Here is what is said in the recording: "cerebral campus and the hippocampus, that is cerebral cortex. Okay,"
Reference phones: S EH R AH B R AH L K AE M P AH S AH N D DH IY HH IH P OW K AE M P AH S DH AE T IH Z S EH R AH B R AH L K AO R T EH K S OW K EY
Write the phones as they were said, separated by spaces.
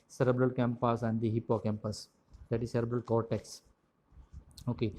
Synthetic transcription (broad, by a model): S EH R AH B R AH L K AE M P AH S AH N D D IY HH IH P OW K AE M P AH S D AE T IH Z S EH R AH B R AH L K AO R T EH K S OW K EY